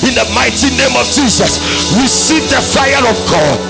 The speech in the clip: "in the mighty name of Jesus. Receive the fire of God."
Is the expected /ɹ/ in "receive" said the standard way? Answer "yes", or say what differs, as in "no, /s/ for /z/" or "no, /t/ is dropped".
no, /w/ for /ɹ/